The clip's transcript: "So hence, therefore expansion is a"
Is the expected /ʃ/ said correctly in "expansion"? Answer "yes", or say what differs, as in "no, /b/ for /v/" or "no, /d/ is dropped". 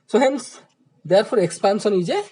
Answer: no, /s/ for /ʃ/